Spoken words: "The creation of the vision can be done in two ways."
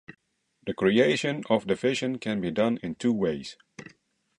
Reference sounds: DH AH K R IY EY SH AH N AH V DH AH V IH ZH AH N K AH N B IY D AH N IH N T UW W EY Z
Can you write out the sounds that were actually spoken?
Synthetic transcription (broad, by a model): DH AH K R IY EY SH AH N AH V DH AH F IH SH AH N K AH N B IY D AH N IH N T UW W EY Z